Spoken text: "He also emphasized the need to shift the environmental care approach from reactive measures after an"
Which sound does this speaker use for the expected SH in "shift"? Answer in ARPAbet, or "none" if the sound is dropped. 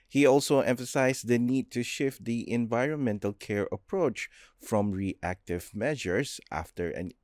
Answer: SH